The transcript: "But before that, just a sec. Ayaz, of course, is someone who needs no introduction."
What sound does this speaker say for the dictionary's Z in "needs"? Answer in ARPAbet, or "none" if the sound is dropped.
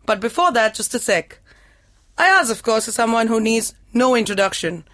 Z